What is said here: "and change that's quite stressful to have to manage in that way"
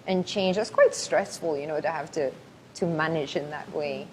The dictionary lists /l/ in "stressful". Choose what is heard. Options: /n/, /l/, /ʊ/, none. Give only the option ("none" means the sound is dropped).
/n/